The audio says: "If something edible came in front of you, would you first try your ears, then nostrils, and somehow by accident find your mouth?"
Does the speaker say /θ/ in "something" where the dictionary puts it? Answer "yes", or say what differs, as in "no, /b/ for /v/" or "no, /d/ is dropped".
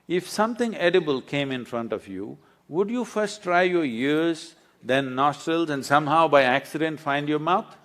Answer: no, /t/ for /θ/